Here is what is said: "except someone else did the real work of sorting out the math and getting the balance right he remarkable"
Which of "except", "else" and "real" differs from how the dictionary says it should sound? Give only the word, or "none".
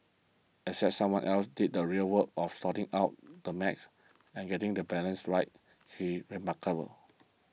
except